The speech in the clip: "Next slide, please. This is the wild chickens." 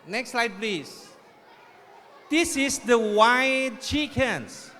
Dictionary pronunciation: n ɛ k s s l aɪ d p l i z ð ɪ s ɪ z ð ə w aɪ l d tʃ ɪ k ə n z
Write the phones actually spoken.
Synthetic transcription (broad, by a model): n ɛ k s s l aɪ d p l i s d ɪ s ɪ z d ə w aɪ d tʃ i k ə n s